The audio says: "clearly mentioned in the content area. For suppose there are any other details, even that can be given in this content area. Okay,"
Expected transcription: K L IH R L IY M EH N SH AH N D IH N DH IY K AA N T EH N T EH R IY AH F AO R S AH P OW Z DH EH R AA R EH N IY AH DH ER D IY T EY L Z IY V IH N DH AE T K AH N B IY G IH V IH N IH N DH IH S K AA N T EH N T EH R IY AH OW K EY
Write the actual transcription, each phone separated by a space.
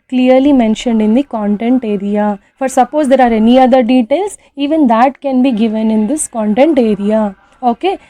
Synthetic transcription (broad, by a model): K L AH R L IY M EH N SH AH N D IH N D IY K AA N T EH N T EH R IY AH F AO R S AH P OW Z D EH R AA R EH N IY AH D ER D IY T EY L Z IY V IH N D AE T K AH N B IY G IH V IH N IH N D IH S K AA N T EH N T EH R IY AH OW K EY